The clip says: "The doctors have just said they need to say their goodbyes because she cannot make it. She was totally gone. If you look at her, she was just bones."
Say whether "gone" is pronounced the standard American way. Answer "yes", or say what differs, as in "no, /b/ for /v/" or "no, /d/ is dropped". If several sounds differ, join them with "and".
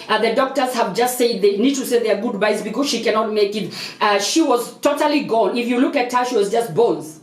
no, /l/ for /n/